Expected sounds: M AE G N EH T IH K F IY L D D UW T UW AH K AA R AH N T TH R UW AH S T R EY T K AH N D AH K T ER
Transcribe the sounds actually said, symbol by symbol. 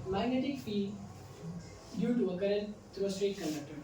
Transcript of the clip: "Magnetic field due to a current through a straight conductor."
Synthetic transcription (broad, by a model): M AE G N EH T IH K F IY D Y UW T UW AH K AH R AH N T T R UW AH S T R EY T K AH N D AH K T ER